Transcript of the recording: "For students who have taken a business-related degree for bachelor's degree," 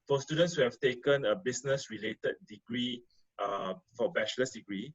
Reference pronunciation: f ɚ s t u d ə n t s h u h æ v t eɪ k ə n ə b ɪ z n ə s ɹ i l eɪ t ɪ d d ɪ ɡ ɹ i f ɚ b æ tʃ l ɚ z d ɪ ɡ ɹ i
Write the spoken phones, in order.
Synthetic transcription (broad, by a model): f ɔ s t u d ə n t s h u h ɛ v t eɪ k ə n ə b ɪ s n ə s ɹ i l eɪ t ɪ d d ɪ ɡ ɹ i f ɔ b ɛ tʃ l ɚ s d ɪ ɡ ɹ i